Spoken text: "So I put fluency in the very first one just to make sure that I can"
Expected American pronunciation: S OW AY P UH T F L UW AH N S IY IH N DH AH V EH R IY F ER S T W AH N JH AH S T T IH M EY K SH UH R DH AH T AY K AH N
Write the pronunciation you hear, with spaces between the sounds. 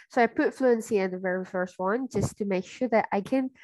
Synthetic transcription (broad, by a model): S OW AY P UH T F L UW AH N S IY IH N DH AH V EH R IY F ER S T W AH N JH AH S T T IH M EY K SH UH R DH AH T AY K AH N